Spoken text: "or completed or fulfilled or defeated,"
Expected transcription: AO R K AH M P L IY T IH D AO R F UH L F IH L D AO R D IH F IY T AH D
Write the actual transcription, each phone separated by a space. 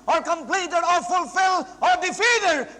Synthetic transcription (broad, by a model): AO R K AH M P L IY T IH D AO R F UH L F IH L AO R D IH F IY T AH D